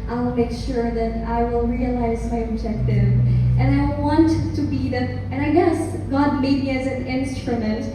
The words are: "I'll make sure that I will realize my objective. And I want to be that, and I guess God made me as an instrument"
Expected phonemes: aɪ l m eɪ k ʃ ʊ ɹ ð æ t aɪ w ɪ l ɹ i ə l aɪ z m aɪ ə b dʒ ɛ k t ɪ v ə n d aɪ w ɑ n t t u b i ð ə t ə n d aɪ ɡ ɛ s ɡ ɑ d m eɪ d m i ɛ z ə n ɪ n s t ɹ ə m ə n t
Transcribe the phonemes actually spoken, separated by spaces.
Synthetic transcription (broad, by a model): aɪ l m eɪ k ʃ ʊ ɹ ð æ t aɪ w ɪ l ɹ i ə l aɪ z m aɪ ə b dʒ ɛ k t ɪ v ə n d aɪ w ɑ n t t u b i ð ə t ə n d aɪ ɡ ɛ s ɡ ɑ d m eɪ d m i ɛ z ə n ɪ n s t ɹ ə m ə n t